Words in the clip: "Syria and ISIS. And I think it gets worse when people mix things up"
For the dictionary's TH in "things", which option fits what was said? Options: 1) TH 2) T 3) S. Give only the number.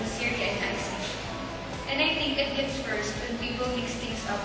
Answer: 2